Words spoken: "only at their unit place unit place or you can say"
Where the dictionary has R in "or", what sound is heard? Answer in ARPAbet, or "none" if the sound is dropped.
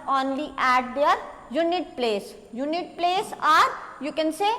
R